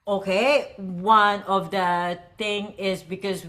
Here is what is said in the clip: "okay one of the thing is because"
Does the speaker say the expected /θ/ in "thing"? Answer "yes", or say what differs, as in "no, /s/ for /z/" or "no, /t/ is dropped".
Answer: no, /t/ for /θ/